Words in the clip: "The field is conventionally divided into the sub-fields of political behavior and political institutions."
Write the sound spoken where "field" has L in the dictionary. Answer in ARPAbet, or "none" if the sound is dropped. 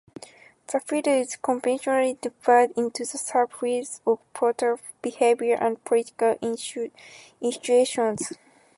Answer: none